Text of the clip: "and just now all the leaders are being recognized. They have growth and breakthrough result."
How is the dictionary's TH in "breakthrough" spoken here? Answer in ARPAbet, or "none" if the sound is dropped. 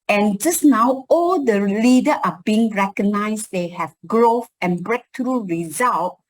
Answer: T